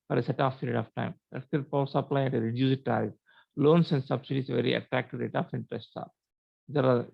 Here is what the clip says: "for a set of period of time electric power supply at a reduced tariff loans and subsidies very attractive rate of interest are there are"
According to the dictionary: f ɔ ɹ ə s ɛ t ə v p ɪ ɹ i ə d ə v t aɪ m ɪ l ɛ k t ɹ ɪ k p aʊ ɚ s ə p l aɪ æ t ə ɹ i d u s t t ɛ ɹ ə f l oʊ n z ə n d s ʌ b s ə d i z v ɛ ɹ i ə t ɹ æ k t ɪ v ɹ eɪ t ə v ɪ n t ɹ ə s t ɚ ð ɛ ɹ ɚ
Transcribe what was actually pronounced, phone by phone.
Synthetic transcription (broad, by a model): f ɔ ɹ ə s ɛ t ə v p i ɹ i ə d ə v t aɪ m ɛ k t ɪ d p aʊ s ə p l aɪ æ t ə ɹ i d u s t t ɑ ə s l oʊ n s ə n d s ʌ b s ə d i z v ɛ ɹ i ə t ɹ æ k t ɪ v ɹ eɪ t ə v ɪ n t ɹ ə s t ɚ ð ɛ ɹ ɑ